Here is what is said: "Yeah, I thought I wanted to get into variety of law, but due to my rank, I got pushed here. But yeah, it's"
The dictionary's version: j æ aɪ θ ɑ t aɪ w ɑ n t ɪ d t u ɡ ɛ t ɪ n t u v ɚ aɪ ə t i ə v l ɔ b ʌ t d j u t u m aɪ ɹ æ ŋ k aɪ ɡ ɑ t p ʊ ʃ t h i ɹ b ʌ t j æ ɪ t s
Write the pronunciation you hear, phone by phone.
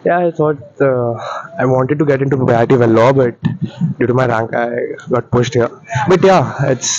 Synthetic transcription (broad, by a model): j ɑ aɪ t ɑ t aɪ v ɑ n t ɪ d t u ɡ ɛ t ɪ n t u p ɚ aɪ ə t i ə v l ɔ b ʌ t d j u t u m aɪ ɹ æ ŋ k aɪ ɡ ɑ t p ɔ s t h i ɹ b ʌ t j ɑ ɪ t s